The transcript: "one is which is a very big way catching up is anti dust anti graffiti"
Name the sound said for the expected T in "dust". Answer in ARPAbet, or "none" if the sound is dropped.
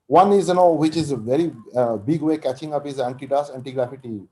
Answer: none